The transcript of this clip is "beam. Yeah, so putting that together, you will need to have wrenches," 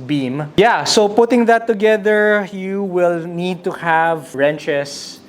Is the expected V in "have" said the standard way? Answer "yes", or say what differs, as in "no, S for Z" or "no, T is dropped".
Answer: yes